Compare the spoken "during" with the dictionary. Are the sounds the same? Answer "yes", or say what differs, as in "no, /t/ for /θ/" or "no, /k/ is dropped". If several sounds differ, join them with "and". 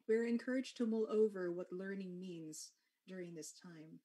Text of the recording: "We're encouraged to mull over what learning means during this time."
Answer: yes